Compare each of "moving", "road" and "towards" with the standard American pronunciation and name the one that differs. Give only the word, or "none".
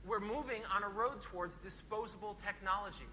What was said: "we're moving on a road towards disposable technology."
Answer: none